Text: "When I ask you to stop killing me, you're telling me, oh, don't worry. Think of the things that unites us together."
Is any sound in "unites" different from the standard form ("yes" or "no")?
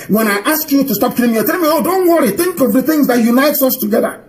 no